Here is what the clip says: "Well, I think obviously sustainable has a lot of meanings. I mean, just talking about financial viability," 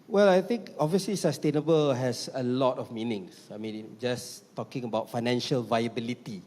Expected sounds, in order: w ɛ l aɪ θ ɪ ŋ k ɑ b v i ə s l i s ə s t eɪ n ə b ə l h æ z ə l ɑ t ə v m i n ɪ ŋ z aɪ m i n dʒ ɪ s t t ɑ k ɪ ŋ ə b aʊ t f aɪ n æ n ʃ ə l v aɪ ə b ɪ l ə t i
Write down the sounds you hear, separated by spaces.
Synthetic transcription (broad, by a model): w ɛ l aɪ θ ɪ ŋ k ɑ v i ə s l i s ə s t eɪ n ə b ə l h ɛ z ə l ɑ t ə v m i n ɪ ŋ s aɪ m i n dʒ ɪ s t t ɑ k ɪ ŋ ə b aʊ t f aɪ n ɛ n ʃ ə l v aɪ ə b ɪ l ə t i